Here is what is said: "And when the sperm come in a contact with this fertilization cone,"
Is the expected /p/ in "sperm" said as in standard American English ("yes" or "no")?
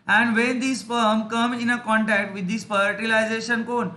no